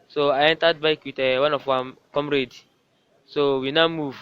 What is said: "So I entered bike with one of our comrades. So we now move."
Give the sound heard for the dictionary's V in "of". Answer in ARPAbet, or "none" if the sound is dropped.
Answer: W